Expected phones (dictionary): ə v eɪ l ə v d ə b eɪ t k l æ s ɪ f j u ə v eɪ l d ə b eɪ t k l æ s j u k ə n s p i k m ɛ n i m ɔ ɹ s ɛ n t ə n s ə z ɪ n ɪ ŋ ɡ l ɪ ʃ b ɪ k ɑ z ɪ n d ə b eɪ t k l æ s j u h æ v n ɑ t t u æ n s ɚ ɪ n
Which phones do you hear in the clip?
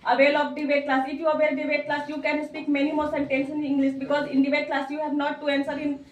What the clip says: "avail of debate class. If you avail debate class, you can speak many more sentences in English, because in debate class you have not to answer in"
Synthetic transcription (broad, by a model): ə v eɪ l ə b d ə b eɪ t k l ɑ s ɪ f j u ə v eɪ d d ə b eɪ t k l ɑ s j u k ə n s p i k m ɛ n i m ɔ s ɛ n t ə n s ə n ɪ ŋ ɡ l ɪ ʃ b ɪ k ɑ z ɪ n d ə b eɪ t k l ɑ s j u h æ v n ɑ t t u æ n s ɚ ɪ n